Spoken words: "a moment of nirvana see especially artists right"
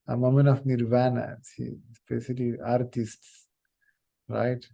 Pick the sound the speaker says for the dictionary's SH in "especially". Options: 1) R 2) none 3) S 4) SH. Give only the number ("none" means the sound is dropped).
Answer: 3